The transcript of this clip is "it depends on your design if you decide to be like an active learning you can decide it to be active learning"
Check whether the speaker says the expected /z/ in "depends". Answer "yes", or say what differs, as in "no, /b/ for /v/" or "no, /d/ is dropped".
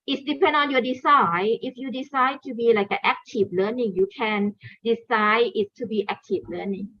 no, /z/ is dropped